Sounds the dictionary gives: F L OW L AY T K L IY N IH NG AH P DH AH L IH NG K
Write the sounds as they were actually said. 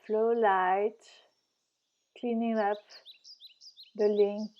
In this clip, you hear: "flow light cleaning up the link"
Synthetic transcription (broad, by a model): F L OW L AY T K L IY N IH NG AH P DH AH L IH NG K